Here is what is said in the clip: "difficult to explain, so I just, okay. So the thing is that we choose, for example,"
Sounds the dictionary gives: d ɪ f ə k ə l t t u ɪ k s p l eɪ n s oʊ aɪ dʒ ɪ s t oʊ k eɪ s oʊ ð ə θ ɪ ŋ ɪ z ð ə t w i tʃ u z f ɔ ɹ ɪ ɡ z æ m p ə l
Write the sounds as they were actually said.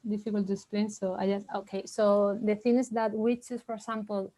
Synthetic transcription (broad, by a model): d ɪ f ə k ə l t t u ɪ k s p l eɪ n s oʊ aɪ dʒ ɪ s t oʊ k eɪ s oʊ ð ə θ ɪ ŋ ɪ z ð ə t w i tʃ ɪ s f ɔ ɹ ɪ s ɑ m p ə l